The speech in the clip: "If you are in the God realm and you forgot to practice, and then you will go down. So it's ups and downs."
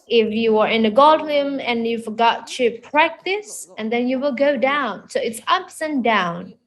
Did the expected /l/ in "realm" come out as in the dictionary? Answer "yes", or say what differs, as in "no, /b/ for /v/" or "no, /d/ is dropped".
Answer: no, /l/ is dropped